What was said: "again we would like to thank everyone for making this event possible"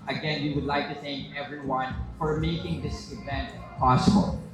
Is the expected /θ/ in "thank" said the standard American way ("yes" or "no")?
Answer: yes